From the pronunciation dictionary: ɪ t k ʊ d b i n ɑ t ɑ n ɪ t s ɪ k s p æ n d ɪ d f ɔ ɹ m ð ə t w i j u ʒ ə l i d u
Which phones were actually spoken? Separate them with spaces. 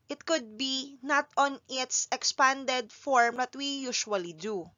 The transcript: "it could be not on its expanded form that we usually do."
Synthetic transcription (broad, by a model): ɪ t k ʊ d b i n ɑ t ɑ n ɪ t s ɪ k s p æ n d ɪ d f ɔ ɹ m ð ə t w i j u ʃ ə l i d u